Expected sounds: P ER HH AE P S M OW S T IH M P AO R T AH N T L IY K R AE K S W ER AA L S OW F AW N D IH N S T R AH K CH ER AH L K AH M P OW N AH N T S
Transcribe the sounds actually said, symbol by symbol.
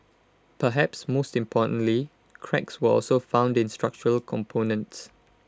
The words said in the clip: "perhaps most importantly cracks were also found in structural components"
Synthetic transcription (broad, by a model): P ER HH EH P S M OW S T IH M P AO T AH N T L IY K R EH K S W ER AA L S OW F AW N D IH N S T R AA K CH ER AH L K AH M P OW N AH N T S